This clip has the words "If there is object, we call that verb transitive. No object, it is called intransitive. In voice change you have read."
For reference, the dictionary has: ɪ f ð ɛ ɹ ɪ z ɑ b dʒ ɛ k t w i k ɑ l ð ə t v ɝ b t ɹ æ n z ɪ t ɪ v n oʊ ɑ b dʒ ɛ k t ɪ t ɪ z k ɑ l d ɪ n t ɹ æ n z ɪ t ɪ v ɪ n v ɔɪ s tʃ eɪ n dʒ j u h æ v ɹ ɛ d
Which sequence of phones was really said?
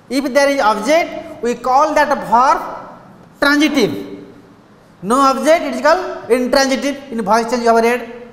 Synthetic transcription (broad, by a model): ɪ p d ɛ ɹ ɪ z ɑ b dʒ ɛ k t w i k ɑ l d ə t p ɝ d t ɹ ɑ n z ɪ t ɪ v n oʊ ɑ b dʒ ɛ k t ɪ t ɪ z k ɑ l ɪ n t ɹ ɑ n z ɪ t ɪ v ɪ n b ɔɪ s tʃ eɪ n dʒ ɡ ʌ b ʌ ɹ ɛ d